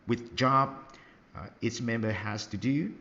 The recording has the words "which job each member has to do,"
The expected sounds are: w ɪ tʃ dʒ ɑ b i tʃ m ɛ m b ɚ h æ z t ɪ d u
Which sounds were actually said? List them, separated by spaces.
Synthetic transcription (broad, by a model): w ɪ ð dʒ ɑ b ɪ s m ɛ m b ɚ h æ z t ɪ d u